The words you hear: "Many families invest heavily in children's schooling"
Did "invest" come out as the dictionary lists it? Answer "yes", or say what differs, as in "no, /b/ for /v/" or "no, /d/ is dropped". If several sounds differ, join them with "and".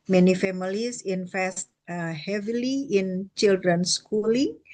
no, /f/ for /v/